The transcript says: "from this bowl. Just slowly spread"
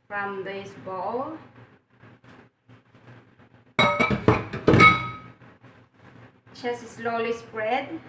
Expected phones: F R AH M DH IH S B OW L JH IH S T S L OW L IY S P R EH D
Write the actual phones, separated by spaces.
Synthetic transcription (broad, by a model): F R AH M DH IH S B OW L CH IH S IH S L OW L IY S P R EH D